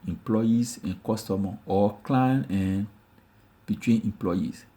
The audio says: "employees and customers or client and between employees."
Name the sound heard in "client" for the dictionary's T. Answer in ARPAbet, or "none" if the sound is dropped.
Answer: none